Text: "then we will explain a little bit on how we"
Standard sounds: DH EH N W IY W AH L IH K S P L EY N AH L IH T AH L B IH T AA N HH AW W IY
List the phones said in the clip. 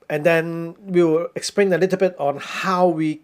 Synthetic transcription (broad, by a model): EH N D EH W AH W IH K S P L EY N AH L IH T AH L B IH T AA N HH AW W IY